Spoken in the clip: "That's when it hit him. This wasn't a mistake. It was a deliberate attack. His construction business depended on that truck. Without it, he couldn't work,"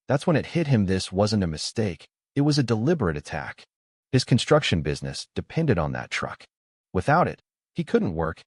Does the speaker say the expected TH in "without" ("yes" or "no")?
yes